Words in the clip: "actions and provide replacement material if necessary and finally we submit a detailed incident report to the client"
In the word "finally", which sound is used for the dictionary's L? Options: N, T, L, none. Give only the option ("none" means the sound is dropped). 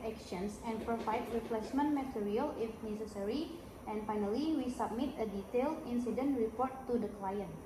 L